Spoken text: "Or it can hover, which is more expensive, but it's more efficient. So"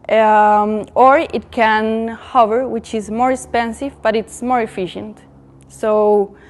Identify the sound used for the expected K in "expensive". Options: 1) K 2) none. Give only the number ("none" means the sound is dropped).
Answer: 1